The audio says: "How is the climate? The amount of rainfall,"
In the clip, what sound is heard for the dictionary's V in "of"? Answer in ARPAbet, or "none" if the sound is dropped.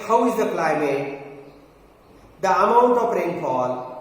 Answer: P